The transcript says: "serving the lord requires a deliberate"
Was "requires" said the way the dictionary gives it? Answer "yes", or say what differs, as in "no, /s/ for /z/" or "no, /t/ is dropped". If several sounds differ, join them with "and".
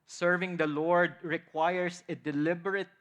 no, /s/ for /z/